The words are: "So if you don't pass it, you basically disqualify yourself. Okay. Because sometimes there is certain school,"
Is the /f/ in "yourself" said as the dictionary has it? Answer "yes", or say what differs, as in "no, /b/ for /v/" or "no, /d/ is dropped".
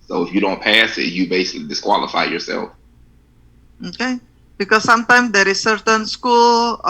yes